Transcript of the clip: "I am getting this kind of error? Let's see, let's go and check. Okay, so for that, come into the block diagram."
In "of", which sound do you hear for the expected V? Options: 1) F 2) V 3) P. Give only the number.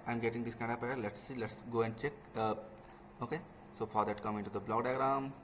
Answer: 3